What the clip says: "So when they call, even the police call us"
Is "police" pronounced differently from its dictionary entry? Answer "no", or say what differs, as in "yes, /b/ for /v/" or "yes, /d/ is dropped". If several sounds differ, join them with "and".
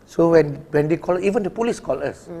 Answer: no